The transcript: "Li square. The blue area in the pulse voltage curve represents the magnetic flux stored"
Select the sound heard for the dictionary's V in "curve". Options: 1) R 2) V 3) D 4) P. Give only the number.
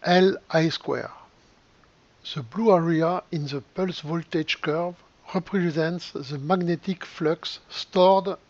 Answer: 2